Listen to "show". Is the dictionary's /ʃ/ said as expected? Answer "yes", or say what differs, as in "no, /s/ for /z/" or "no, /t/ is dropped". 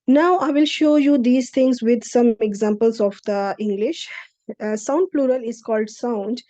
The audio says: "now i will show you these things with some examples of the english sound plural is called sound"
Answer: yes